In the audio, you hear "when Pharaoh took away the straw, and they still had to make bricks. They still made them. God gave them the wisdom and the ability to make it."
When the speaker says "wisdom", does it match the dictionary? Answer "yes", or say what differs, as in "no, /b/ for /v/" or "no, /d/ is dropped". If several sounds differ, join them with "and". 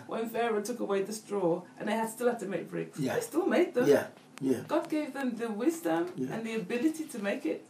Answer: yes